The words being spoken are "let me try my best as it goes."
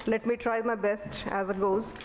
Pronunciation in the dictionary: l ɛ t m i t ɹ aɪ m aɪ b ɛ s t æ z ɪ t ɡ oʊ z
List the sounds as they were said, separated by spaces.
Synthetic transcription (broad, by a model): l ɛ t m i t ɹ aɪ m aɪ b ɛ s t æ z ɪ t ɡ oʊ z